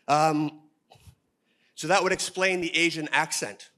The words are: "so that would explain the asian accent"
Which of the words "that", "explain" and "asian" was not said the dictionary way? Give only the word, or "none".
none